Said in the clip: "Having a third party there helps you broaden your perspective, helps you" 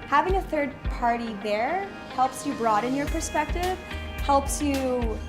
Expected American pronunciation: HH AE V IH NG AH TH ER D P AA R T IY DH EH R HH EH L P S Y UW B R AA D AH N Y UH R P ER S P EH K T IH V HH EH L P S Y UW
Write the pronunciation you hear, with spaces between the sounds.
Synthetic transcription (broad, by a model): HH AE V IH NG AH TH ER D P AA R T IY DH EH R HH EH L P S Y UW B R AA D AH N Y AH R P ER S P EH K T IH V HH EH L P S Y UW